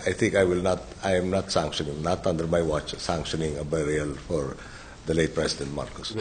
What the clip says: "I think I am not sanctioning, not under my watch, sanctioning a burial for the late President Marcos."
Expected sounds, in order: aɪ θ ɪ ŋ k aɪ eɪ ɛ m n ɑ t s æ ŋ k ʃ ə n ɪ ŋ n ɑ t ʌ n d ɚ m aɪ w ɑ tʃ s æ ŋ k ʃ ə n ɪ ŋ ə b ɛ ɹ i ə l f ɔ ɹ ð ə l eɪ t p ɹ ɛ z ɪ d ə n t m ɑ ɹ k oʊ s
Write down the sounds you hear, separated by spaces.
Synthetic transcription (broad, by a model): aɪ t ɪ ŋ k aɪ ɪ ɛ m n ɑ t s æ ŋ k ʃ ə n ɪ ŋ n ɑ t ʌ n d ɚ m aɪ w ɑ tʃ s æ ŋ k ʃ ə n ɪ ŋ ə b ɛ ɹ i ə l f ɔ ɹ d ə l eɪ t p ɹ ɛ s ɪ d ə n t m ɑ ɹ k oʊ s